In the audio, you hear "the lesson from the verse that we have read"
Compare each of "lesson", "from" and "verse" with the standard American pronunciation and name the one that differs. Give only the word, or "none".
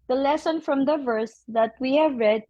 none